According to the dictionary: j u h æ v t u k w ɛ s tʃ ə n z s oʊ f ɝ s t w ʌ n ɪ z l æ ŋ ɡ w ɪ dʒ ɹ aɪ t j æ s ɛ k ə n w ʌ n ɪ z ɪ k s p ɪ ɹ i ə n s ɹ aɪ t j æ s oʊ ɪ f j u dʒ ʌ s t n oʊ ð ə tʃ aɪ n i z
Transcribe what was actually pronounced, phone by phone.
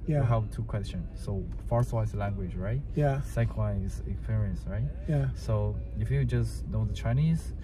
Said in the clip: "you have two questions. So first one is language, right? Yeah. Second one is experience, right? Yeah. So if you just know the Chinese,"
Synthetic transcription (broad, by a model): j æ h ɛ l t u k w ɛ s tʃ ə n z s oʊ f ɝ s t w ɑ ɪ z l æ ŋ ɡ w ɪ dʒ ɹ aɪ t j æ s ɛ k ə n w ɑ ɪ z ɪ k s p ɪ ɹ i ə n s ɹ aɪ t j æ s oʊ ɪ f j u dʒ ʌ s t n oʊ ð ə tʃ aɪ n i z